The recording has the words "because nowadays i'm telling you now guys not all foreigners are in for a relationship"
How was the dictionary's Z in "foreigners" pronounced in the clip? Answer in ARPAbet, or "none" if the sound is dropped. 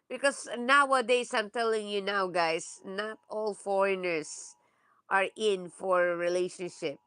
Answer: S